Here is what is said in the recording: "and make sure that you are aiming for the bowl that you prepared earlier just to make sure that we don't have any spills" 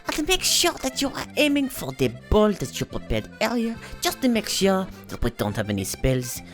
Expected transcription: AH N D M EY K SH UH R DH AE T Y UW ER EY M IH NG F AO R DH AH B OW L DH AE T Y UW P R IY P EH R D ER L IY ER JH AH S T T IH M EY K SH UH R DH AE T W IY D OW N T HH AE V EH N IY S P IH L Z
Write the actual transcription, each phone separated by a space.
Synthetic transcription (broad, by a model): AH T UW M EY K SH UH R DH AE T Y UW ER EY M IH NG F AO R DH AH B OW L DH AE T Y UW P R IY P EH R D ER IY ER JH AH S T T IH M EY K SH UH R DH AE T W IY D OW N T HH AE V EH N IY S P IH L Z